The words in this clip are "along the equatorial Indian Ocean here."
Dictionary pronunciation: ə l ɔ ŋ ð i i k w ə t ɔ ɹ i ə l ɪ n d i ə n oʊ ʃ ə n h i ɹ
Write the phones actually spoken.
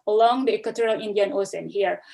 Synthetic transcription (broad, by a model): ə l ɔ ŋ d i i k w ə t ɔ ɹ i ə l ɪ n d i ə n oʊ s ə n h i ɹ